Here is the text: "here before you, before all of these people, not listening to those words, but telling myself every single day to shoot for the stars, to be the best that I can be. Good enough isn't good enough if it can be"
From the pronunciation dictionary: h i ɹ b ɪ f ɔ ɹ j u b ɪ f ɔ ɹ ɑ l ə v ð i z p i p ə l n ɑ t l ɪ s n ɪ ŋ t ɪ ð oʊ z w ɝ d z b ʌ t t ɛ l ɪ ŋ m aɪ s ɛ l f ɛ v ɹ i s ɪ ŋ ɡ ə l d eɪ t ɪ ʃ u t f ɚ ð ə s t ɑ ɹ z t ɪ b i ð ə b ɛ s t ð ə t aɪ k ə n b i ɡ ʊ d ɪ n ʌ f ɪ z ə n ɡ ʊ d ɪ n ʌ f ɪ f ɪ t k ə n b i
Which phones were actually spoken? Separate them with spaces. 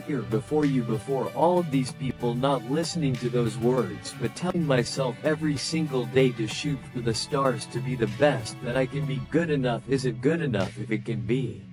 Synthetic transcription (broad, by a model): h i ɹ b ɪ f ɔ ɹ j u b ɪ f ɔ ɹ ɑ l ə v ð i z p i p l n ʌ t l ɪ s n ɪ ŋ t ɪ ð oʊ z w ɝ d z b ʌ t t ɛ l ɪ ŋ m aɪ s ɛ l f ɛ v ɹ i s ɪ ŋ ɡ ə l d eɪ t ɪ ʃ u t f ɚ ð ə s t ɑ ɹ z t ɪ b i ð ə b ɛ s t ð ə t aɪ k ə n b i ɡ ʊ d ɪ n ʌ f ɪ z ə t ɡ ʊ d ɪ n ʌ f ɪ f ɪ t k ə n b i